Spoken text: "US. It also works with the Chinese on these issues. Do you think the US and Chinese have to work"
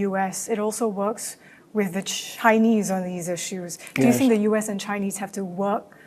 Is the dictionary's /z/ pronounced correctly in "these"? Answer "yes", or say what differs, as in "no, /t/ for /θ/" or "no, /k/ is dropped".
yes